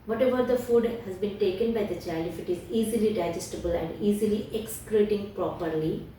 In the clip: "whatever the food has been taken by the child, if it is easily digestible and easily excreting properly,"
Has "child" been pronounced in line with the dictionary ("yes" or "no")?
no